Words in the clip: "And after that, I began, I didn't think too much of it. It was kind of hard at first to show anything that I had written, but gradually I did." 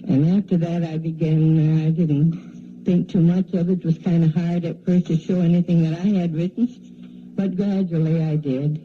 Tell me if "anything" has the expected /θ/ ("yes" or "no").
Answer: yes